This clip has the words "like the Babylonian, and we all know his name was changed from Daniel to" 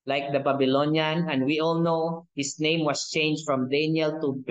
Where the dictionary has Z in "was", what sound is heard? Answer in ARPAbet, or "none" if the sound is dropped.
S